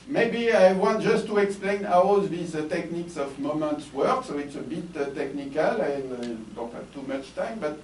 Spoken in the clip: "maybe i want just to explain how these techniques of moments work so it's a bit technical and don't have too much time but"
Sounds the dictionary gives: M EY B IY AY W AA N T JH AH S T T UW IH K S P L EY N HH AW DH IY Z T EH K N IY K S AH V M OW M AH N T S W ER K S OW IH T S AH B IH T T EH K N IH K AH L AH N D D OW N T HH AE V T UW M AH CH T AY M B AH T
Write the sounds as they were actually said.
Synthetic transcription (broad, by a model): M EY B IY AY W AA N T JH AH S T T UW IH K S P L EY N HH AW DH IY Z T EH K N IY K S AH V M OW M AH N T S W ER K S OW IH T S AH B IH T T EH K N IH K AH L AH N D D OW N T HH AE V T UW M AH CH T AY M B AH T